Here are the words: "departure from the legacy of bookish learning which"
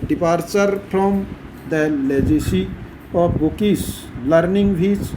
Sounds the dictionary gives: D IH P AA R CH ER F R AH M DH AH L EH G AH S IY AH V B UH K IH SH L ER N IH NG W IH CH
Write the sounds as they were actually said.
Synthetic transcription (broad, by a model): D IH P AA R CH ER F R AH M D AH L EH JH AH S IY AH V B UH K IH S L ER N IH NG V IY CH